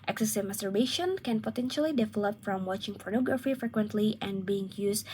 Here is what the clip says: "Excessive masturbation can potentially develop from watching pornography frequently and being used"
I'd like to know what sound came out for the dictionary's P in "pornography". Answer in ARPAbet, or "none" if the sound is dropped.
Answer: P